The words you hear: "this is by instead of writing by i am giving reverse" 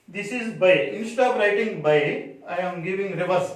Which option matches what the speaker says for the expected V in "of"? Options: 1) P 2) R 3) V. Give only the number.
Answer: 1